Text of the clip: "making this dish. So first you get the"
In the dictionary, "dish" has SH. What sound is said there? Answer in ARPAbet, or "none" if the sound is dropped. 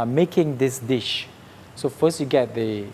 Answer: SH